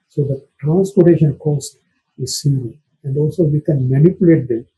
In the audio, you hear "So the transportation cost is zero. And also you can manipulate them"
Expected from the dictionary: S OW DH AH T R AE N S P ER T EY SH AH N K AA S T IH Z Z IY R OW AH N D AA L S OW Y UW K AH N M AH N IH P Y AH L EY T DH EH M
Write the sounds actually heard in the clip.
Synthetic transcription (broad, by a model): S OW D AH T R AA N S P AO T EY SH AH N K AA S T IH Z S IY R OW AH N D AA L S OW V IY K AH N M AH N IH P Y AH L EY T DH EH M